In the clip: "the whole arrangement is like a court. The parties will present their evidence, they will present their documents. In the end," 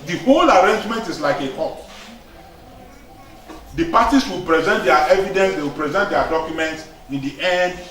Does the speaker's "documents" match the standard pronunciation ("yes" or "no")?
yes